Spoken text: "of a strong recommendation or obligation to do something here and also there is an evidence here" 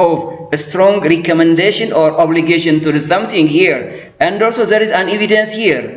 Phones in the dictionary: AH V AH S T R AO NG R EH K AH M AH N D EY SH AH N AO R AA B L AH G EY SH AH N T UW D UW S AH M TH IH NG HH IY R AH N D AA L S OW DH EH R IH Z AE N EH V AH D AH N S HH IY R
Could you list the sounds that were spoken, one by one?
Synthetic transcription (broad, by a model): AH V AH S T R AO NG R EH K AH M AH N D EY SH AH N AO R AA B L AH G EY SH AH N T UW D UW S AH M S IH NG HH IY R AH N D AA L S OW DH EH R IH Z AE N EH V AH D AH N S HH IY R